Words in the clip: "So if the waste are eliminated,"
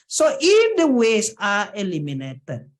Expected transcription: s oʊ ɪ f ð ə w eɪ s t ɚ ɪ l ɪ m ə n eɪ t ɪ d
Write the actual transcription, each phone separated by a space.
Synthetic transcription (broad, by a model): s oʊ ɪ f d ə w eɪ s ɑ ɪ l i m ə n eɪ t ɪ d